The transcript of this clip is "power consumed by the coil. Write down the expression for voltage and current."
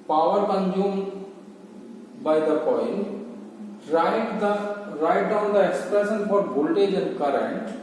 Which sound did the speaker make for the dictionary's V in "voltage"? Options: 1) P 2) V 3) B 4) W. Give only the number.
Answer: 3